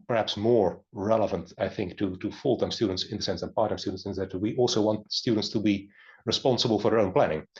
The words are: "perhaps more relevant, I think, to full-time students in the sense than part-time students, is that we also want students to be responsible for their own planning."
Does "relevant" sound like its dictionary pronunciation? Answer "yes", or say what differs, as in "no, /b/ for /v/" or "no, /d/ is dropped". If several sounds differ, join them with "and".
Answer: yes